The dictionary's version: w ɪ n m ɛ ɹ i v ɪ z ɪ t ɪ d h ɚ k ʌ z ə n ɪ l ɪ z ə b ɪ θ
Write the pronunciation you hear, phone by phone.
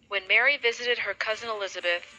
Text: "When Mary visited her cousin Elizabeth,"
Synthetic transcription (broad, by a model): w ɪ n m ɛ ɹ i v ɪ z ɪ t ɪ d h ɚ k ʌ z ə n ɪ l ɪ z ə b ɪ θ